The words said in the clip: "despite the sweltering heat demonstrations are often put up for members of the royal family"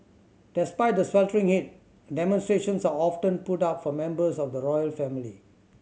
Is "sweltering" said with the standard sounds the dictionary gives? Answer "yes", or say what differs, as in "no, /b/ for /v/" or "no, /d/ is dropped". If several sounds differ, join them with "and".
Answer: yes